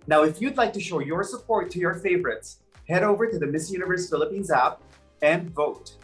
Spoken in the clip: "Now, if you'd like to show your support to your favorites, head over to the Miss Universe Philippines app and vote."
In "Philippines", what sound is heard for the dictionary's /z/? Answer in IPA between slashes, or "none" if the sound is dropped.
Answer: /z/